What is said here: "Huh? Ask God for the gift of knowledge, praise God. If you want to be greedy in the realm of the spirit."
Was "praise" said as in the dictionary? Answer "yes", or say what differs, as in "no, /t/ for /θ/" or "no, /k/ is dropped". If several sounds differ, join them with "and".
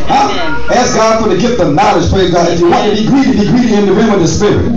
no, /l/ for /ɹ/